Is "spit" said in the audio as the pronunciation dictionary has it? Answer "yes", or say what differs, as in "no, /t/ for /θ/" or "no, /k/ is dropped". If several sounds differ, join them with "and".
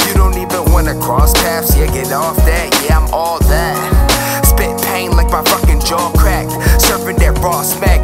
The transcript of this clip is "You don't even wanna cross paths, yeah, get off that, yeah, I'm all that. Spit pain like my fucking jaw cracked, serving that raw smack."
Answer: no, /b/ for /p/